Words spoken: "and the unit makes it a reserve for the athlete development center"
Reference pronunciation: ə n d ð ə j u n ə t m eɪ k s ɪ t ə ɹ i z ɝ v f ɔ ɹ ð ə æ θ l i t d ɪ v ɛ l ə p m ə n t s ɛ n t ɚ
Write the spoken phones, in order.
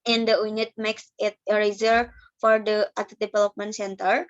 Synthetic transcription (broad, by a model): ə n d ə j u n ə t m eɪ k s ɪ t ə ɹ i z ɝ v f ɔ ɹ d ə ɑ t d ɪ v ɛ l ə p m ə n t s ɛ n t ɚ